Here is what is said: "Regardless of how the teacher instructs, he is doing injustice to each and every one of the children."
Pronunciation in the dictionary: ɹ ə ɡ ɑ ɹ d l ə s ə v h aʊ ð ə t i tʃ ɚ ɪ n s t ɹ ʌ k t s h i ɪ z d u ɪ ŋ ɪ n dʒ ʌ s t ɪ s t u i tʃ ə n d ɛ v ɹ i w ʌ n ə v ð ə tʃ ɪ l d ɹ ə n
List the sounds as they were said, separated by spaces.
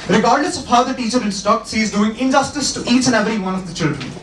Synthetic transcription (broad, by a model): ɹ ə ɡ ɑ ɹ d l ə s ə v h aʊ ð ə t i tʃ ɚ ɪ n s t ɔ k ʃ i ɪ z d u ɪ ŋ ɪ n dʒ ʌ s t ɪ s t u i tʃ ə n ɛ v ɹ i w ʌ n ə v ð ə tʃ ɪ l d ɹ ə n